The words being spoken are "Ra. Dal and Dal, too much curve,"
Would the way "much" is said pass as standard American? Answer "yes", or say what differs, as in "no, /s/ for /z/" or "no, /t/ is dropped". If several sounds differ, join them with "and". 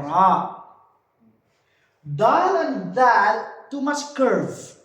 no, /s/ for /tʃ/